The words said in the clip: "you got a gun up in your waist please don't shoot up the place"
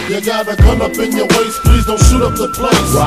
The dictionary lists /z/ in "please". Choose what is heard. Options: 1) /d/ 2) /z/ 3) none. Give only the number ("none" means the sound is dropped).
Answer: 2